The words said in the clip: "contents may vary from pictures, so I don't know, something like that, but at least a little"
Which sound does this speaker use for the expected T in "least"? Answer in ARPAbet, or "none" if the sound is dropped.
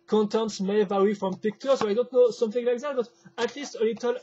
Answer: T